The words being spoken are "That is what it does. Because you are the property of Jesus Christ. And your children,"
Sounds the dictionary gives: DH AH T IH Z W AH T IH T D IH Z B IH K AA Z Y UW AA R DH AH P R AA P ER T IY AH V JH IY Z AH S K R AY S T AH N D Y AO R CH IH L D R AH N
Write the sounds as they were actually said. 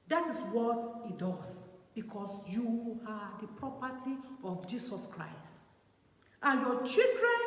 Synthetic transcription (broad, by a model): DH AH T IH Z W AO T IH T D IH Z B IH K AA S Y UW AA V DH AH P R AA P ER T IY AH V JH IY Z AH S K R AY S T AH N Y AO CH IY L D R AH N